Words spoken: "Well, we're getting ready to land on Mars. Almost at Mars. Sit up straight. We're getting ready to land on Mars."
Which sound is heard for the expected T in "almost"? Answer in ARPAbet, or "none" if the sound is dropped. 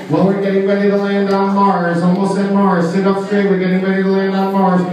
none